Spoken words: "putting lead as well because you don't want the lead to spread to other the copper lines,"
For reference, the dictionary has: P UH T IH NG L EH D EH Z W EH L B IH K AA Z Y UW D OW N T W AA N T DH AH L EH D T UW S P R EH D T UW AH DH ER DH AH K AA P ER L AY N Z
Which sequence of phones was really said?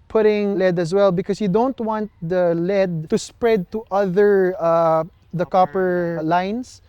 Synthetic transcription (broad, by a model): P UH T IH NG L EH D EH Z W EH L B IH K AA S Y UW D OW N T W AA N T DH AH L EH D T UW S P R EH D T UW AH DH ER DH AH K AA P ER L AY N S